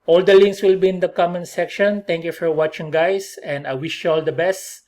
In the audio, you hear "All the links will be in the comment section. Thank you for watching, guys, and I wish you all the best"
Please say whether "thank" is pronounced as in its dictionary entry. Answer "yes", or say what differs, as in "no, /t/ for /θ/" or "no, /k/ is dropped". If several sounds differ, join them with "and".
no, /t/ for /θ/